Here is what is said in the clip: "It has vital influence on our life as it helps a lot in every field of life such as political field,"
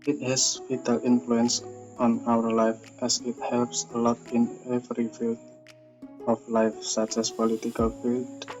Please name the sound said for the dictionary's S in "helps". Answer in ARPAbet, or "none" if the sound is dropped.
S